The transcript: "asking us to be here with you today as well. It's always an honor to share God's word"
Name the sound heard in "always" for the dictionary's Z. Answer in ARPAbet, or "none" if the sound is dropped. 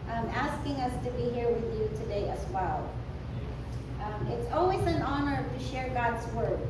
Z